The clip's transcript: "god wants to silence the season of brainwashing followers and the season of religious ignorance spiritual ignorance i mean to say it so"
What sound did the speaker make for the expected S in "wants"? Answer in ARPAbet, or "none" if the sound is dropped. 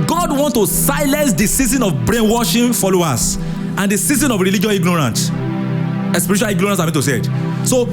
none